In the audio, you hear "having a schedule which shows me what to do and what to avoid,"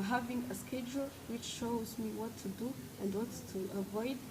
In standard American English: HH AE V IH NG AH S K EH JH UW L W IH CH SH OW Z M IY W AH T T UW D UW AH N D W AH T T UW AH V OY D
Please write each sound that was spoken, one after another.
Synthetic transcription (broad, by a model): HH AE V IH NG AH S K EH JH UW L W IH CH SH OW Z M IY W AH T T UW D UW AH N D W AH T T UW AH V OY D